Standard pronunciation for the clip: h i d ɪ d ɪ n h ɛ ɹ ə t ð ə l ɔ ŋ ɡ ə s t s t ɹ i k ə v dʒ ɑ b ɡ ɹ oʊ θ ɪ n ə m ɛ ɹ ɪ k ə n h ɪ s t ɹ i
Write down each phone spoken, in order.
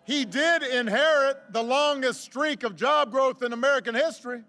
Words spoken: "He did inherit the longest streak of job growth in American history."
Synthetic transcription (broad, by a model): h i d ɪ d ɪ n h ɛ ɹ ə t ð ə l ɔ ŋ ɡ ə s t s t ɹ i k ə v dʒ ɑ b ɡ ɹ oʊ θ ɪ n ə m ɛ ɹ ɪ k ə n h ɪ s t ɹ i